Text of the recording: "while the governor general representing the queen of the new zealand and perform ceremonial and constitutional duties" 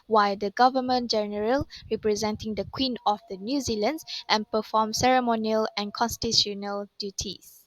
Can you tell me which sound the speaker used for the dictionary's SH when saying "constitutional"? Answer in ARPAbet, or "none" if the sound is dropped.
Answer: none